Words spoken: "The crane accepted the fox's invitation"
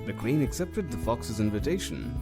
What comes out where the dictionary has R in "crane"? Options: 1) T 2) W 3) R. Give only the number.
2